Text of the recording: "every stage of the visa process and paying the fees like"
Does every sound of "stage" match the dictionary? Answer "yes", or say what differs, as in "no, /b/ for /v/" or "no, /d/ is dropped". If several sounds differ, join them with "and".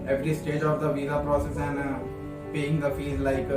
yes